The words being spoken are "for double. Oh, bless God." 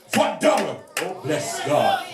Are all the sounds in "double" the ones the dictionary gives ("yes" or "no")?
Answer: no